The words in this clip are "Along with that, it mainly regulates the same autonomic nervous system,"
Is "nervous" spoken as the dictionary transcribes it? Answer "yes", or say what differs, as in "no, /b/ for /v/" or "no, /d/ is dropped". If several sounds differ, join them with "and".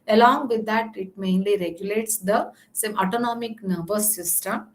no, /b/ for /v/